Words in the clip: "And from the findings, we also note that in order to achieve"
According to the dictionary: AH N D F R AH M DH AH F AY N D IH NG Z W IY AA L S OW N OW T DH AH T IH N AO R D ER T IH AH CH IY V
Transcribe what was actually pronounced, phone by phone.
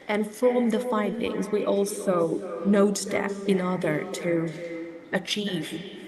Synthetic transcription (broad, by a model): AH N F R AH M DH AH F AY N D IH NG Z W IY AA L S OW N OW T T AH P IH N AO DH ER T IH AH CH IY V